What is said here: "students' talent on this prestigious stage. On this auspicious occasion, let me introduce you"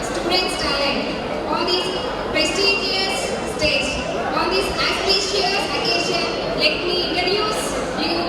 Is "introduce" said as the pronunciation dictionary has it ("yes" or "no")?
no